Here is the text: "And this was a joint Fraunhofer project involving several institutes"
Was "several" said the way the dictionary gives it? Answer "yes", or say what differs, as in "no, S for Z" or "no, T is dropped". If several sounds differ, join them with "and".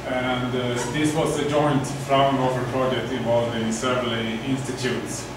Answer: no, R is dropped